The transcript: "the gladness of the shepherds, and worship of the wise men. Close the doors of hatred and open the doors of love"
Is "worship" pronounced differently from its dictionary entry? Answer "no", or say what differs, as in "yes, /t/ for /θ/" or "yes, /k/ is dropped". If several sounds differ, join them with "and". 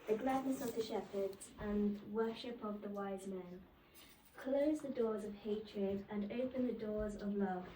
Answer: no